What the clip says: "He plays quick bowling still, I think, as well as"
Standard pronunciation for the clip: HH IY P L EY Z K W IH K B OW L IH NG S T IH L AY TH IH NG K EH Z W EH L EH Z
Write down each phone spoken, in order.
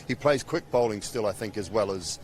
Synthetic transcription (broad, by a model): HH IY P L EY Z K W IH K B OW L IH NG S T IH L AY TH IH NG K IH Z W EH L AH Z